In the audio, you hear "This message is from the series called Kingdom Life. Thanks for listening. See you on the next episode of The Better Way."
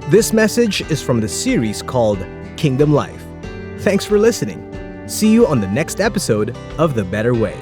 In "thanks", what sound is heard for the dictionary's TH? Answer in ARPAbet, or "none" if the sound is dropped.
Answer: TH